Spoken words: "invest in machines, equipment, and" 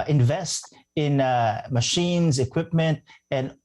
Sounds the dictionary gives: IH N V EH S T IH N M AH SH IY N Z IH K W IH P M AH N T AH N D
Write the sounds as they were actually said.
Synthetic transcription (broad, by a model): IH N V EH S T IH N M AH SH IY N Z IH K W IH P M AH N T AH N